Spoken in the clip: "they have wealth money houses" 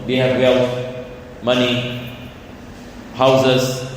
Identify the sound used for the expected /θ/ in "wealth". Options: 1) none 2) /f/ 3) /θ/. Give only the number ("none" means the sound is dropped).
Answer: 2